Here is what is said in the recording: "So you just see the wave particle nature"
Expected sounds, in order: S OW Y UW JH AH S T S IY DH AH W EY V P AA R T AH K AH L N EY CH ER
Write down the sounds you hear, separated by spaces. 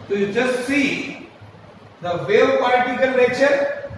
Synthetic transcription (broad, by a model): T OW Y UW JH AH S T S IY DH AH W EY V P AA L T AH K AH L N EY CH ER